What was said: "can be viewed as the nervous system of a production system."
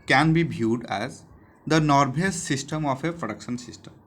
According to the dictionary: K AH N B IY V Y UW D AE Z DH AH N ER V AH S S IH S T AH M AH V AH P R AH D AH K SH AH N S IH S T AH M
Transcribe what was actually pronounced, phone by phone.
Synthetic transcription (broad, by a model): K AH N B IY B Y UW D AE Z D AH N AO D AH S S IH S T AH M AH F AH P R AH D AH K SH AH N S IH S T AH M